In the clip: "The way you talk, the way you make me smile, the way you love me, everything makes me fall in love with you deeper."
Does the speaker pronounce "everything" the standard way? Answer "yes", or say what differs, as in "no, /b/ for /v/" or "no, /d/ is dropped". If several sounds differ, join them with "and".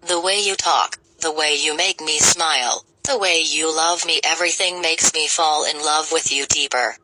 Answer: yes